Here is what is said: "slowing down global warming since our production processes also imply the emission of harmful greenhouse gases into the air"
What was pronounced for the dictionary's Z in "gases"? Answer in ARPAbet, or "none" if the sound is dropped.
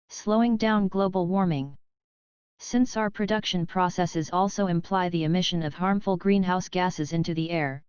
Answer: Z